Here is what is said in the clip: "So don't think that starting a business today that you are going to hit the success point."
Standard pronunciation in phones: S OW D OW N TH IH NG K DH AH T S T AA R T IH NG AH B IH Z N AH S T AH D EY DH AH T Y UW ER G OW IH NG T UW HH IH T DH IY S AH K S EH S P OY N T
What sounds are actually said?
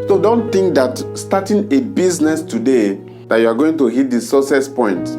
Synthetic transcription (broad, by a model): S OW D OW N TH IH NG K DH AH T S T AA T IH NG AH B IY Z N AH S T AH D EY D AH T Y UW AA G OW IH NG T UW HH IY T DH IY S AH S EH S P OY N T